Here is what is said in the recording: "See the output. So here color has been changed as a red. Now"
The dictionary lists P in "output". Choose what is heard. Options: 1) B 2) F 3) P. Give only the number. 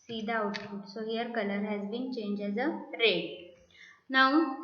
2